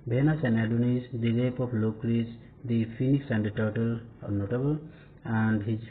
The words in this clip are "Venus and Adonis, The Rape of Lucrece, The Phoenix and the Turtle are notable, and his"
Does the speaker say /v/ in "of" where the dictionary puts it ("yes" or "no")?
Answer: no